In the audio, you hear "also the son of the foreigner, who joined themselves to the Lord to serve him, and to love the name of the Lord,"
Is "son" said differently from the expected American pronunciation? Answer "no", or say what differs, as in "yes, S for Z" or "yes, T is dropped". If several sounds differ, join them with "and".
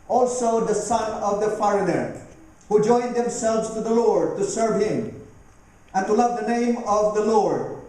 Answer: no